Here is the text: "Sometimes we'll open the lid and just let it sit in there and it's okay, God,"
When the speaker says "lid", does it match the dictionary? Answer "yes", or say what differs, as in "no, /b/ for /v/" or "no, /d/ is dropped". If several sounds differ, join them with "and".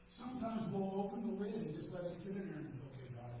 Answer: no, /d/ is dropped